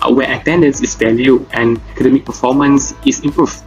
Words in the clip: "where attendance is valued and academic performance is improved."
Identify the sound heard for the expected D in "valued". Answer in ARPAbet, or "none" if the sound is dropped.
none